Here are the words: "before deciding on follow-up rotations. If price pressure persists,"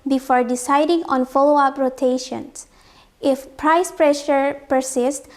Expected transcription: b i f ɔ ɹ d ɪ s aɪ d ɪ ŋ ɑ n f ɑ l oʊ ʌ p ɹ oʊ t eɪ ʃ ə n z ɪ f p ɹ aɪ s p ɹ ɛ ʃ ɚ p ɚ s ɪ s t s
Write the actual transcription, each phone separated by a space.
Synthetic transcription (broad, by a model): b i f ɔ ɹ d ɪ s aɪ d ɪ ŋ ɑ n f ɑ l oʊ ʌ p ɹ oʊ t eɪ ʃ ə n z ɪ f p ɹ aɪ s p ɹ ɛ ʃ ɚ p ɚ s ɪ s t